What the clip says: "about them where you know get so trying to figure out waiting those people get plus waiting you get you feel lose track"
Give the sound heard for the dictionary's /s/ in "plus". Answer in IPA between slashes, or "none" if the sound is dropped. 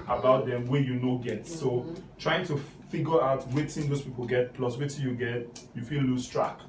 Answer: /s/